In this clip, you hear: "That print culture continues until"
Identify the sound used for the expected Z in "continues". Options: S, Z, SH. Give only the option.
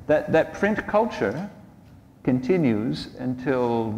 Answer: Z